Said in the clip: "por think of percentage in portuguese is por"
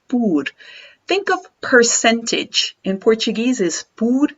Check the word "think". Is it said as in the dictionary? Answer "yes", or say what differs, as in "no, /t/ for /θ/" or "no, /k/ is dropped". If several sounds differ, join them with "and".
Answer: yes